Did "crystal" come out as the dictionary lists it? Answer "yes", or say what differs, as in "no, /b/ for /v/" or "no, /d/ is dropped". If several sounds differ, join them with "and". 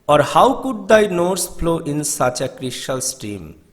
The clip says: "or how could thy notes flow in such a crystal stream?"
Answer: no, /ʃ/ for /s/